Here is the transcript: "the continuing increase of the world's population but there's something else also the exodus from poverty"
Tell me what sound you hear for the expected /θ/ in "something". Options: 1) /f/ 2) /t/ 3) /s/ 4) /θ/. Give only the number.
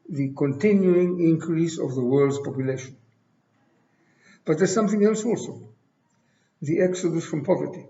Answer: 4